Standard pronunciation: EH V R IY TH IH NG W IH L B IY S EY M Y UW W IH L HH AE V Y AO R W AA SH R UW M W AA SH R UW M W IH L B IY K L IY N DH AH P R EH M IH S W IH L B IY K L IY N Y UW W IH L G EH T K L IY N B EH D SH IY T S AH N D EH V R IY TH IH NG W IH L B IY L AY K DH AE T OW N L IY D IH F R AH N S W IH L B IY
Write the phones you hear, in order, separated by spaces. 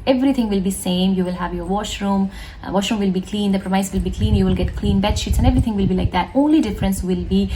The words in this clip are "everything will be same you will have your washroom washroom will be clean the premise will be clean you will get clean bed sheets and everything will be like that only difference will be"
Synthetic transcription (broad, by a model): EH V R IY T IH NG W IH L B IY S EY M Y UW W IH L HH AE V Y AO R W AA SH R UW M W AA SH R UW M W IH L B IY K L IY N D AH P R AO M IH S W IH L B IY K L IY N Y UW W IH L G EH T K L IY N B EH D SH IY T S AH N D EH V R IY T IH NG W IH L B IY L AY K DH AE T OW N L IY D IH F R AH N S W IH L B IY